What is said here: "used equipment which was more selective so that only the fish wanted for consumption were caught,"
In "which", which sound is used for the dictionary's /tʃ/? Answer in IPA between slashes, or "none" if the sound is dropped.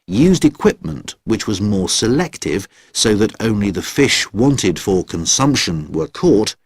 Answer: /tʃ/